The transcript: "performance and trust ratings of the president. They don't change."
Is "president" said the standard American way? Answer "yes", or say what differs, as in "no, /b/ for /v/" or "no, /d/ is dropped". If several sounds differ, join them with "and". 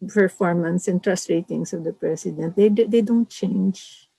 no, /s/ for /z/